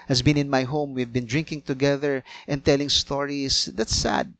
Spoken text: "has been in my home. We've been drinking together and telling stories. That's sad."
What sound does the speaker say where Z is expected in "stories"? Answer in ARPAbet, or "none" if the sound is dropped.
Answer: S